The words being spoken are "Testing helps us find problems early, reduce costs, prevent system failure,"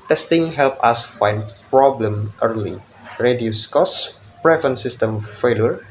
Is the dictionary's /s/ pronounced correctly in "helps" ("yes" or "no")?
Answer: no